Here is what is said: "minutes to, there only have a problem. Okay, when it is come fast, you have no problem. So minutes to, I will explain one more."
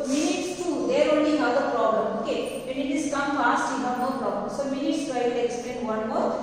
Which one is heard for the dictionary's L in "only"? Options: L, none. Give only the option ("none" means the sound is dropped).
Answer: none